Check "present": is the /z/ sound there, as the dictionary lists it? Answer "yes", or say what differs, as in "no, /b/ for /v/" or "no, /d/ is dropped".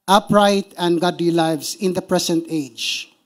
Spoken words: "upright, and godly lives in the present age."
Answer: no, /s/ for /z/